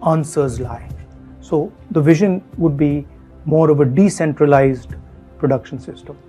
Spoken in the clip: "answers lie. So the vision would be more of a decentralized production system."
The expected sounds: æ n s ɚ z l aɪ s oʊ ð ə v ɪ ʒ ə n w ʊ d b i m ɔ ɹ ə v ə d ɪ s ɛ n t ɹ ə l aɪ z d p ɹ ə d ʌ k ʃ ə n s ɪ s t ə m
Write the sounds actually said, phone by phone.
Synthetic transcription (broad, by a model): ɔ n s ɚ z l aɪ s oʊ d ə v ɪ ʒ ə n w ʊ d b i m ɔ ɹ ə v ə d ɪ s ɛ n t ɹ ə l aɪ z d p ɹ ə d ʌ k ʃ ə n s ɪ s t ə m